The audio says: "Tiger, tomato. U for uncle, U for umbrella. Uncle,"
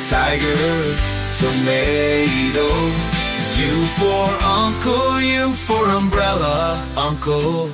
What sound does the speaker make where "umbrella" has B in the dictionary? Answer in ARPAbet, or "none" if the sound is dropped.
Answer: B